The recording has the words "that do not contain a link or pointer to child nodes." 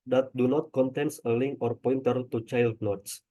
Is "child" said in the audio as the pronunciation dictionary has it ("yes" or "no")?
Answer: yes